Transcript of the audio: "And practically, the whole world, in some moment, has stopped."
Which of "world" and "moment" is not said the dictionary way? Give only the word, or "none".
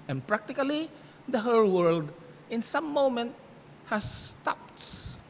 none